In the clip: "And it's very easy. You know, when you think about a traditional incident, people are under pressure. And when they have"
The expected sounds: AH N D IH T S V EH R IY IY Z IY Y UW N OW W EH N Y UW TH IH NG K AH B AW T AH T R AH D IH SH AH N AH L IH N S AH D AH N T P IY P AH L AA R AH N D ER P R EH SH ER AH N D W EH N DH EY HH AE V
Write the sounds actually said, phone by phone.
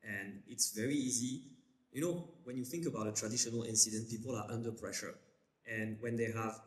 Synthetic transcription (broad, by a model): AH N IH T S V EH R IY IY Z IY Y UW N OW W EH N Y UW TH IH NG K AH B AW T AH T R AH D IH SH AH N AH L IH N S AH D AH N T P IY P AH L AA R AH N D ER P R EH SH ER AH N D W EH N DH EY HH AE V